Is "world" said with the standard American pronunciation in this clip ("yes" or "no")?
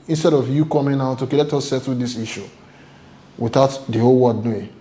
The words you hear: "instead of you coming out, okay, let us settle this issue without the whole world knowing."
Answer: no